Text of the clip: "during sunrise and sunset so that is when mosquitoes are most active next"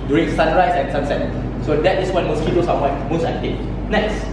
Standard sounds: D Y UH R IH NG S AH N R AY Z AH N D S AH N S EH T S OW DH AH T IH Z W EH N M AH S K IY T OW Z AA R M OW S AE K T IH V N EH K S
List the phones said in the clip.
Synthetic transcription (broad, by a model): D Y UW R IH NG S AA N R AY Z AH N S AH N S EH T S OW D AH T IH S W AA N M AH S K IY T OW S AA W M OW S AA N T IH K N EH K S